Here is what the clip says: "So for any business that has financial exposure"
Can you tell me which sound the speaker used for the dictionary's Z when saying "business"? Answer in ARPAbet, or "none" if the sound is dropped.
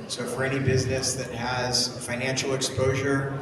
Z